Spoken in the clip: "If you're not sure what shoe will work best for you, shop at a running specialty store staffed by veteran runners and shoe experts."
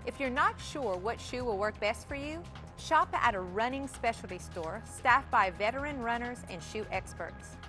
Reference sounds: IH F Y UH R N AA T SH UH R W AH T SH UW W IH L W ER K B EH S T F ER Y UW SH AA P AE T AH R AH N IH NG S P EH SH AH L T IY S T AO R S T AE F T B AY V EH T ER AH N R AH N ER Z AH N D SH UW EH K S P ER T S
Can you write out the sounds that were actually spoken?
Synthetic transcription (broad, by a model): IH F Y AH R N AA T SH UH R W AH T SH UW W IH L W ER K B EH S T F ER Y UW SH AA P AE T AH R AH N IH NG S P EH SH L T IY S T AO R S T AE F B AY V EH T ER AH N R AH N ER Z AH N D SH UW EH K S P ER T S